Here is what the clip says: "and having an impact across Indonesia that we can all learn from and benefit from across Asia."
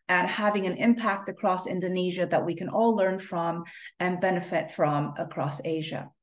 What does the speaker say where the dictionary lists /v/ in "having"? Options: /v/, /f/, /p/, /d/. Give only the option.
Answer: /v/